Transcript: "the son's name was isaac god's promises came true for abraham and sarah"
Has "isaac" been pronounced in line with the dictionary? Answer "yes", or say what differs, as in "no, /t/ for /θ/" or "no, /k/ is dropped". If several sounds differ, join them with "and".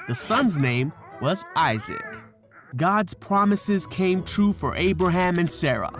yes